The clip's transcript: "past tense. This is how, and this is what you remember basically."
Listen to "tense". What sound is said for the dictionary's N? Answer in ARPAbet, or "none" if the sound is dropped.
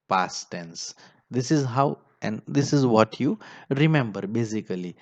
N